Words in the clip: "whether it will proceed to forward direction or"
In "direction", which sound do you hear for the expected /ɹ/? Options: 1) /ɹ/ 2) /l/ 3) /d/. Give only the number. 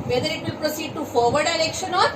2